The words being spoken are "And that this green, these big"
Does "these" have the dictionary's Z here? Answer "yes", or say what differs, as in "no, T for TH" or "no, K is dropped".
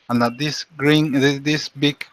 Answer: no, S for Z